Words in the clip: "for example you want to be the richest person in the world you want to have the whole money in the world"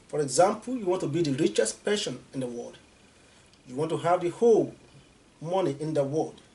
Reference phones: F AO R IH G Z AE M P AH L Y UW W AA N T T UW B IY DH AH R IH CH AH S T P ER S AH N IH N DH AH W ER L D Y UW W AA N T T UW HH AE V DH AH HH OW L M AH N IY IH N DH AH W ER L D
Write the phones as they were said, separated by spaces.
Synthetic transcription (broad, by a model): F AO R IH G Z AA M P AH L Y UW W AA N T T UW B IY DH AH R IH CH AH S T P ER SH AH N IH N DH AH W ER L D Y UW W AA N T T UW HH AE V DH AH HH OW L M AH N IY IH N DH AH W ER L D